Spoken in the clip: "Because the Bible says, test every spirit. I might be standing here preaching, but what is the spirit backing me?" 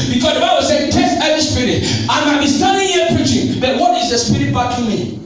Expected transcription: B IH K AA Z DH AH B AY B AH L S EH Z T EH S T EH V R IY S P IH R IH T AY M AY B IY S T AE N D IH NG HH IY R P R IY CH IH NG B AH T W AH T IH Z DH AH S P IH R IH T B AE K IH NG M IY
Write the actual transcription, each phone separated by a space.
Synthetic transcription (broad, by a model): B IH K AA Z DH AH B AY B AH L S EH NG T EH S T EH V IY S P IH R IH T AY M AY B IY S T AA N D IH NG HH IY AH P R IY CH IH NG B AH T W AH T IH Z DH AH S P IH R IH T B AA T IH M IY